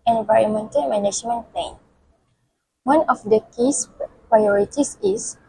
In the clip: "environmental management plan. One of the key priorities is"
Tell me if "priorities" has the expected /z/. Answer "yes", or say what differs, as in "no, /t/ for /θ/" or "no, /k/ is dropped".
no, /s/ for /z/